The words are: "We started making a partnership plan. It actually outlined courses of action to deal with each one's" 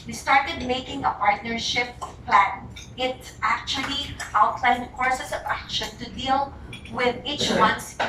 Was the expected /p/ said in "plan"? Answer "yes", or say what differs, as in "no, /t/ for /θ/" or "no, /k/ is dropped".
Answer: yes